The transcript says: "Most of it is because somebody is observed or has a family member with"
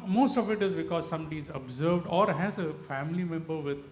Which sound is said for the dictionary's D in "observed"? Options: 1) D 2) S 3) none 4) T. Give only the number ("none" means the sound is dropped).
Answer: 1